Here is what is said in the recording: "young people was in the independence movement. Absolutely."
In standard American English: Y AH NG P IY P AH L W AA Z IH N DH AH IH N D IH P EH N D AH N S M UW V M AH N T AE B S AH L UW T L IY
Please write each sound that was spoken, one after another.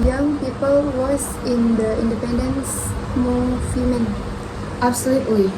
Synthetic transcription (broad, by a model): Y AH NG P IY P AH L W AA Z IH N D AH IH N D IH P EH N D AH N S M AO F M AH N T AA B S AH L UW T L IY